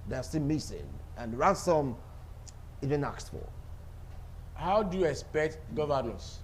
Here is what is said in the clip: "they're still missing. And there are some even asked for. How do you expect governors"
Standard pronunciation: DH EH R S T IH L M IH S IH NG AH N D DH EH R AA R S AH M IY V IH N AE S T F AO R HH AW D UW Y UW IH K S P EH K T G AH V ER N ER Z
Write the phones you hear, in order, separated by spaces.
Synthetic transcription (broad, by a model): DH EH S T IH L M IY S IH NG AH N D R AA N S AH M IY V IH N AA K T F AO L HH AW D UW Y UW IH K S P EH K T G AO V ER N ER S